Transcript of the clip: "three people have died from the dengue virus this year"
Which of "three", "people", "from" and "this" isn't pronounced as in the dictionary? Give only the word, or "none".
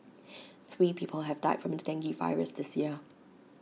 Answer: none